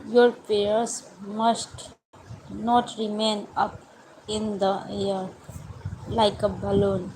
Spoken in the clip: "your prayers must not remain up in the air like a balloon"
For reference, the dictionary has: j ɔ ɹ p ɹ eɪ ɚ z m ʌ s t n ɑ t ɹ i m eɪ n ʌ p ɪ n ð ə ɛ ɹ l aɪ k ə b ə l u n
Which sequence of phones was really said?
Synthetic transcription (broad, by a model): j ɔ ɹ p eɪ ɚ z m ʌ s t n ɑ t ɹ i m eɪ n ʌ p ɪ n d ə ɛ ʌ l aɪ k ə b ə l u n